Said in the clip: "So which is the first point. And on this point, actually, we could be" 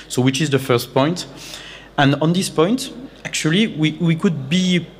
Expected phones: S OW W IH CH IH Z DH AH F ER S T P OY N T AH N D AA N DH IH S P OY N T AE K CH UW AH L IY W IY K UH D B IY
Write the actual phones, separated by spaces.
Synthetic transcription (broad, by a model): S OW W IH CH IH Z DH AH F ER S T P OY N T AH N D AA N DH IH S P OY N T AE K CH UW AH W IY W IY K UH D B IY